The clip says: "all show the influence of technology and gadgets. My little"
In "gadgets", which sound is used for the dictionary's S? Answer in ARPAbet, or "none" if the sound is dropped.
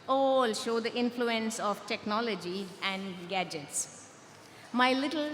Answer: S